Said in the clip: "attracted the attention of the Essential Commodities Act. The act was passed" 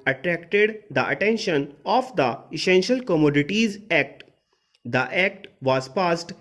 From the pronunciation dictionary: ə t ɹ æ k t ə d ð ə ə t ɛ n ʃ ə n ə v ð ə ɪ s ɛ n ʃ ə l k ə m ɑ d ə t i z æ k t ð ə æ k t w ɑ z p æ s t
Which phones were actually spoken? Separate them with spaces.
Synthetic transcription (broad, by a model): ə t ɹ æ k t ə d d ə ə t ɛ n ʃ ə n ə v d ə ɪ s ɛ n ʃ ə l k ə m ɑ d ə t i z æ k t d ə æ k t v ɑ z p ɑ s t